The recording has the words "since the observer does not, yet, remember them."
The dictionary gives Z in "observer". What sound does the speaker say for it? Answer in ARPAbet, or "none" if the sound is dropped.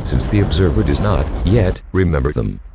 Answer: Z